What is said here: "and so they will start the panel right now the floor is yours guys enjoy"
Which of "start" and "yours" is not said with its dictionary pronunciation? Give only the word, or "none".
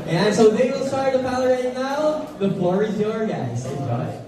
yours